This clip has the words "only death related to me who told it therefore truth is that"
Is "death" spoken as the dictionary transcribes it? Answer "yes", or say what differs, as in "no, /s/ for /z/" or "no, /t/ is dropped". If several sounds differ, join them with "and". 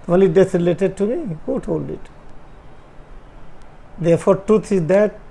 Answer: no, /s/ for /θ/